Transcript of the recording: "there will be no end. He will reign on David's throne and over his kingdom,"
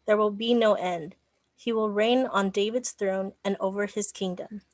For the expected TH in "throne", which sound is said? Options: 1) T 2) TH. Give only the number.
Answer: 2